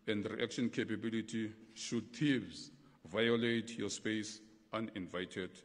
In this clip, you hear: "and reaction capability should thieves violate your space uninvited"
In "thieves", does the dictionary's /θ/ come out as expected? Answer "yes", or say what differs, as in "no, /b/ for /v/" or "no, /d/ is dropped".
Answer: no, /t/ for /θ/